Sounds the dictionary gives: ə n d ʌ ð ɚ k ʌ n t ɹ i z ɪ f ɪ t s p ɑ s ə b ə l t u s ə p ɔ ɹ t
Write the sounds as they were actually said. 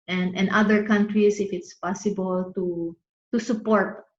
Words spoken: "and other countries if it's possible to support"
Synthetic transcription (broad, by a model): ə n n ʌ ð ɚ k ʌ n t ɹ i s ɪ f ɪ t s p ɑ s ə b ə l t u s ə p ɔ ɹ t